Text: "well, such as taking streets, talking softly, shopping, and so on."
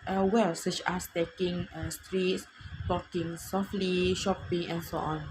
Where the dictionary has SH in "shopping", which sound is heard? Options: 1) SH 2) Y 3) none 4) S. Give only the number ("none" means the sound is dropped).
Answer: 1